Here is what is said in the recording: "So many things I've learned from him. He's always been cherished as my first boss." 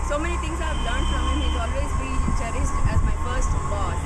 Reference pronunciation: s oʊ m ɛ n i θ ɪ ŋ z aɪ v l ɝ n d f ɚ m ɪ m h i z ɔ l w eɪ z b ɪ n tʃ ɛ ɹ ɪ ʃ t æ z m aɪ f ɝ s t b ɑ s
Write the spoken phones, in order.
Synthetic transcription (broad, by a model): s oʊ m ɛ n i t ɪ ŋ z aɪ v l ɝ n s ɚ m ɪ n h i z ɔ l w eɪ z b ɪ l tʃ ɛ ɹ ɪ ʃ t æ z m aɪ f ɝ s t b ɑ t